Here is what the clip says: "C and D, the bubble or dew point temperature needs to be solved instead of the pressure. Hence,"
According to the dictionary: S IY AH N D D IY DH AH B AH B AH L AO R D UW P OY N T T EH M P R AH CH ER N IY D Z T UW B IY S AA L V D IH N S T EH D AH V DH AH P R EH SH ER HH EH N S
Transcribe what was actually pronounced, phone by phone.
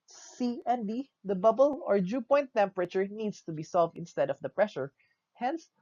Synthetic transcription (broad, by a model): S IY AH N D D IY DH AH B AH B AH L AO R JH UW P OY N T T EH M P R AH CH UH N IY D S T UW B IY S AA L V D IH N S T EH D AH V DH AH P R EH SH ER HH EH N S